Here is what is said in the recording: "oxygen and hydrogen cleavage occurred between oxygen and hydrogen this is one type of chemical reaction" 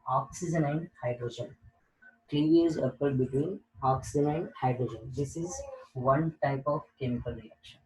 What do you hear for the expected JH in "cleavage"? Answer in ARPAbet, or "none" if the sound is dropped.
Z